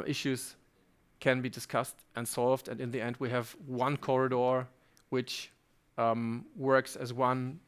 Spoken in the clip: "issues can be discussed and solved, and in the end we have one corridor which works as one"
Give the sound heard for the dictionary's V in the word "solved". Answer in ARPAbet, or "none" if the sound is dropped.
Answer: V